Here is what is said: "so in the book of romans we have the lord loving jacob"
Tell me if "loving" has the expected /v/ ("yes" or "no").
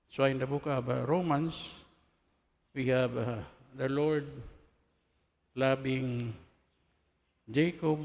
no